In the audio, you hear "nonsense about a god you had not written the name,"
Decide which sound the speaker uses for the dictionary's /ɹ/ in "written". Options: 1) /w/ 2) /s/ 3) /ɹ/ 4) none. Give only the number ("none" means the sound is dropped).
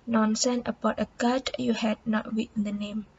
1